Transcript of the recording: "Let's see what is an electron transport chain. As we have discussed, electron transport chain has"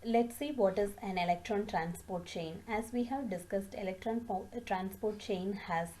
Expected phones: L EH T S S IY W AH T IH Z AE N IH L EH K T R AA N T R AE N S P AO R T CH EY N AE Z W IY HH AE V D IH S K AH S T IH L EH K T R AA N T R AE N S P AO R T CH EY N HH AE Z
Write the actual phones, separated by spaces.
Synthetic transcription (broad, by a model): L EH T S S IY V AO T IH Z AE N IH L EH K T R AA N T R AE N S P AO R T CH EY N AE Z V IY HH AE V D IH S K AH S T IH L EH K T R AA N T R AE N S P AO R T CH EY N HH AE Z